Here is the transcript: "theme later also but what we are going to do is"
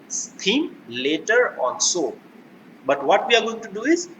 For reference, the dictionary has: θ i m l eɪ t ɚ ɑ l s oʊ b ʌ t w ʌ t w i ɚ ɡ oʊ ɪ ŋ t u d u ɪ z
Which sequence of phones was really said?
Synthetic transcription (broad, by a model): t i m l eɪ t ɚ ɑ n s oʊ b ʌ t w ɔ t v i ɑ ɡ oʊ ɪ ŋ t u d u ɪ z